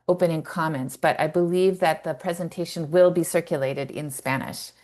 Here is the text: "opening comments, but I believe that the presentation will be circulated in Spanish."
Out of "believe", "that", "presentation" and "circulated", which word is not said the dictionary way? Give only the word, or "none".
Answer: none